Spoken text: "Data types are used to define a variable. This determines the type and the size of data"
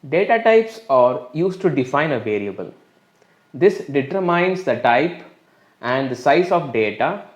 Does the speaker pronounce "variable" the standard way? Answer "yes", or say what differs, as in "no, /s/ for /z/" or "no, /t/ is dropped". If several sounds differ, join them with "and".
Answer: no, /l/ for /ɹ/